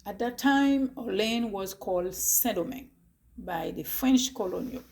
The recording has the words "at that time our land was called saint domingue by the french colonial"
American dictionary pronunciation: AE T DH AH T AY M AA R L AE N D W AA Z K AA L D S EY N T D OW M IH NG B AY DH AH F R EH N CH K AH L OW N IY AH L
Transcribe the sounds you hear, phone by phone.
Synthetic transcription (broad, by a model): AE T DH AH T AY M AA L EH N W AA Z K AA L D S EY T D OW M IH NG B AY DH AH F R EH N CH K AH L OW N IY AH L